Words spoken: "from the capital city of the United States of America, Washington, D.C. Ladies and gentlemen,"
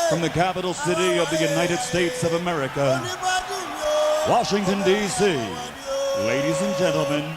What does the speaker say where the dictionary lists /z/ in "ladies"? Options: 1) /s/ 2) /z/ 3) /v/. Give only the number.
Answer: 2